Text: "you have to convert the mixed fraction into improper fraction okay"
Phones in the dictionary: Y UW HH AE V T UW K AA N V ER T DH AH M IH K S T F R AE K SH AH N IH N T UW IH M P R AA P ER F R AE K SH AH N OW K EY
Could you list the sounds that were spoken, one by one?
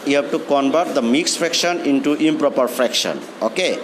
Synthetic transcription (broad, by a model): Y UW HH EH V T UW K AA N B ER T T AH M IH K S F R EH K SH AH N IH N T UW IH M P R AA P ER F R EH K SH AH N OW K EY